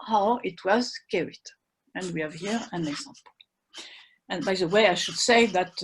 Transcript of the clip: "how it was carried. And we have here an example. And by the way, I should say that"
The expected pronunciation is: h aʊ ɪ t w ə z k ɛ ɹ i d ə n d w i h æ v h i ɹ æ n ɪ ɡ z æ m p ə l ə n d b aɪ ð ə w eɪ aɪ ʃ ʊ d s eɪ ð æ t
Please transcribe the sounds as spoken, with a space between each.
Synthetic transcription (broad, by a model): h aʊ ɪ t w ə z k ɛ ɹ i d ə n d w i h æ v h i ɹ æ n ɪ ɡ z æ m p ə l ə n b aɪ ð ə w eɪ aɪ ʃ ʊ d s eɪ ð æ t